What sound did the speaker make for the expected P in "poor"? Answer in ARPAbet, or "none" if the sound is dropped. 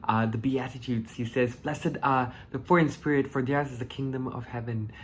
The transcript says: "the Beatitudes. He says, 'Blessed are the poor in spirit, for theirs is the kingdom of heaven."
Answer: F